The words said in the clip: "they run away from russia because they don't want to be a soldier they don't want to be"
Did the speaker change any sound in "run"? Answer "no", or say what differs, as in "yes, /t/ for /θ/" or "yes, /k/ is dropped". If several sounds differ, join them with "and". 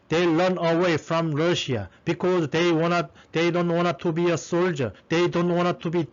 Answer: yes, /l/ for /ɹ/